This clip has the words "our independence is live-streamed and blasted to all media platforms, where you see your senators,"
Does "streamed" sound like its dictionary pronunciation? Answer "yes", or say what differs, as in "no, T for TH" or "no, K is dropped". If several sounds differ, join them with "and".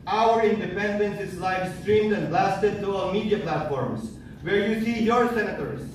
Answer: yes